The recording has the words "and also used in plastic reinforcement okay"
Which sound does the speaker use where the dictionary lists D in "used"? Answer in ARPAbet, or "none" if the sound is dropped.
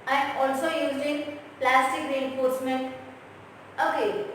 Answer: none